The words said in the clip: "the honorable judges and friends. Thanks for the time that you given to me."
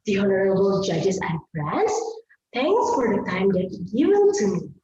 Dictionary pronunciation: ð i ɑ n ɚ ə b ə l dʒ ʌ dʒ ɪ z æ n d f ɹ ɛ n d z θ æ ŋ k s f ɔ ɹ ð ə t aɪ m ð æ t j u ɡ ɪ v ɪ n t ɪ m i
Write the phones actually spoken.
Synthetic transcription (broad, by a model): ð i ɑ n ɚ ə b ə l dʒ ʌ dʒ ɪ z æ n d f ɹ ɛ n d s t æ ŋ k s f ɔ ɹ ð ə t aɪ m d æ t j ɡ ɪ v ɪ l t ɪ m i